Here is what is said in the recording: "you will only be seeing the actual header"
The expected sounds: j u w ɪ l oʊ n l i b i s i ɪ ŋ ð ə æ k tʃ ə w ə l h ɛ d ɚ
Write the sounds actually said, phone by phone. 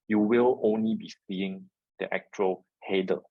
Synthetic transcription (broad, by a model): j u w ɪ l oʊ n l i b i s i ɪ ŋ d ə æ k tʃ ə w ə l h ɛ d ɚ